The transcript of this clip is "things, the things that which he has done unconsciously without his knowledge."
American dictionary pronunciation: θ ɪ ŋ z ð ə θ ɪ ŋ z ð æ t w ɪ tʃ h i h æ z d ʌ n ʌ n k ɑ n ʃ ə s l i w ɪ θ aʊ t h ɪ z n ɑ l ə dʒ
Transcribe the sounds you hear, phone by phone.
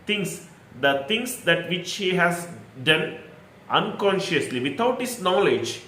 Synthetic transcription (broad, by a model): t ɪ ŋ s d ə t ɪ ŋ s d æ t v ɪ tʃ h i h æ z d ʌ n ʌ n k ɑ n ʃ ə s l i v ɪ t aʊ t h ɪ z n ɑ l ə dʒ